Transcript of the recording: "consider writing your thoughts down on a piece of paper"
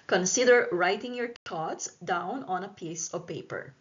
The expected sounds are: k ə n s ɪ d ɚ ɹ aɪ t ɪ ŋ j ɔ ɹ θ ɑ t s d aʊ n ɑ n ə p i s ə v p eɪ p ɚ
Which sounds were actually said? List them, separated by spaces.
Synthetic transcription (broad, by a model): k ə n s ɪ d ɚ ɹ aɪ t ɪ ŋ j ɔ ɹ t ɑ t s d aʊ n ɑ n ə p i s ə v p eɪ p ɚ